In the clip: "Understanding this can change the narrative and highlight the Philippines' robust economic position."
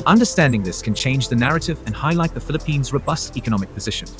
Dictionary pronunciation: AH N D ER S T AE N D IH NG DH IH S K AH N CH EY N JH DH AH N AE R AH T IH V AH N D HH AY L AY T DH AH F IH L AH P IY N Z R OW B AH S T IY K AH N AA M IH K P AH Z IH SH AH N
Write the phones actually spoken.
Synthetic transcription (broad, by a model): AH N D ER S T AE N D IH NG DH IH S K AH N CH EY N JH DH AH N AE R AH T IH V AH N HH AY L AY T DH AH F IH L AH P IY N Z R OW B AH S T IY K AH N AA M IH K P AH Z IH SH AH N